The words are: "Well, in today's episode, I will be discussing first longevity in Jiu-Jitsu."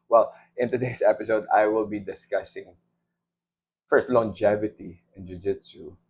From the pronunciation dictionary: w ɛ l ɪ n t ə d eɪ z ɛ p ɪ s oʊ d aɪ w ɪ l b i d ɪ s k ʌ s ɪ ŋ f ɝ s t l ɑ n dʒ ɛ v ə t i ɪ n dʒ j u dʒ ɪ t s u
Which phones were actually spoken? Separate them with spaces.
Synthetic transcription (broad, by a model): w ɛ l ɪ n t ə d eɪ s ɛ p ɪ s oʊ d aɪ w ɪ l b i d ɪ s k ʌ s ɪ ŋ f ɝ s t l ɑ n dʒ ɛ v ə t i ɪ n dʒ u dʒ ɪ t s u